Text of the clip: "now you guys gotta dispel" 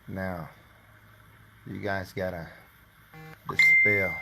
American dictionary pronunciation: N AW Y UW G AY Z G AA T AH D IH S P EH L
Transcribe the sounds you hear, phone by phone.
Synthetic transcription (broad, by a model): N AW Y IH G AY Z G AA T AH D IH S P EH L